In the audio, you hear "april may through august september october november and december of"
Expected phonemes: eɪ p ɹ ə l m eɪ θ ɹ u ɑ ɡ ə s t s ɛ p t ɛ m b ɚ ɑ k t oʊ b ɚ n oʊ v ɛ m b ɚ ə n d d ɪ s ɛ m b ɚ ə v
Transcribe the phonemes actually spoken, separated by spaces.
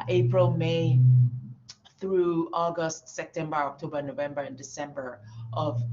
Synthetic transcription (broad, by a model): eɪ p ɹ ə l m eɪ θ ɹ u ɑ ɡ ə s t s ɛ p t ɛ m b ɚ ɑ k t oʊ b ɚ n oʊ v ɛ m b ɚ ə n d d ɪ s ɛ m b ɚ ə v